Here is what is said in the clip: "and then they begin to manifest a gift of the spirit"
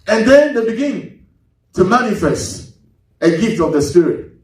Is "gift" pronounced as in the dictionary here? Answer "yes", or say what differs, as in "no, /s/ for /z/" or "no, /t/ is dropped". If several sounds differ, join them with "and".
yes